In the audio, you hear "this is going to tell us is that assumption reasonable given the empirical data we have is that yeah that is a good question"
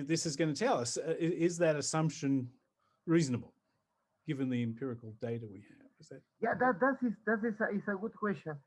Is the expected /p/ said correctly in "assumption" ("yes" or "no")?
yes